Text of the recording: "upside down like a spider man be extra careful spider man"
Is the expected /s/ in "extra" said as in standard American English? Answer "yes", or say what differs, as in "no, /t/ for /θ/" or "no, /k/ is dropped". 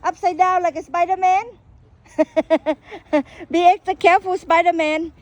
no, /s/ is dropped